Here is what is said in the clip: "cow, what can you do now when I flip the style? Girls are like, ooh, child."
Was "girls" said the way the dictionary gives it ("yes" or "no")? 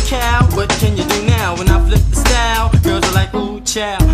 no